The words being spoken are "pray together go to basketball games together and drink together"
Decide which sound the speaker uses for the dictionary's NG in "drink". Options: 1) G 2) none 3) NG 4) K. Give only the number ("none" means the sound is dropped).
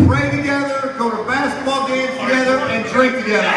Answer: 2